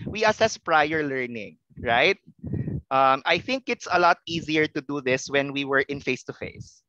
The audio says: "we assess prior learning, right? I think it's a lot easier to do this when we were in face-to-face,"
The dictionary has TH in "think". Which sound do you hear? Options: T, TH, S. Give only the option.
TH